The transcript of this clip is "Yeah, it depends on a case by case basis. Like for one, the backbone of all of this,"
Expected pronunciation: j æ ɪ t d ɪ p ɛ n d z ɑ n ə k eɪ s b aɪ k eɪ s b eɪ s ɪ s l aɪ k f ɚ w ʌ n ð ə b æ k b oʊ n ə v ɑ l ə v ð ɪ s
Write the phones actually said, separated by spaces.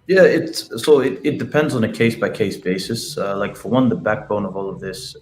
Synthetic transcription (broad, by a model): j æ ɪ t d ɪ p ɛ n d z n ə k eɪ s b aɪ k eɪ s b eɪ s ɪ s l aɪ k f ɚ w ʌ n ð ə b æ k b oʊ n ə v ɑ l ə v ð ɪ s